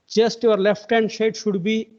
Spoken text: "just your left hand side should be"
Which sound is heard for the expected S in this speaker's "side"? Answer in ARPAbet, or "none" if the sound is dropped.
SH